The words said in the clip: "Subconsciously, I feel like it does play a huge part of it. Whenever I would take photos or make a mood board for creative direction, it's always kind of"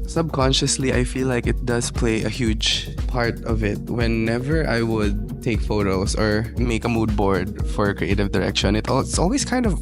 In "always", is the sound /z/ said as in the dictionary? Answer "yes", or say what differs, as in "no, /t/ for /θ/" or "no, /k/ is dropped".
no, /s/ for /z/